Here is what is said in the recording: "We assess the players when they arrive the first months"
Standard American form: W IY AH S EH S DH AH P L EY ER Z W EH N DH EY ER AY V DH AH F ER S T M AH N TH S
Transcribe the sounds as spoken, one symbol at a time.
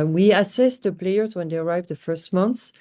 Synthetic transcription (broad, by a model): W IY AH S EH S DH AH P L EY ER Z W EH N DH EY ER AY V DH AH F ER S T M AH N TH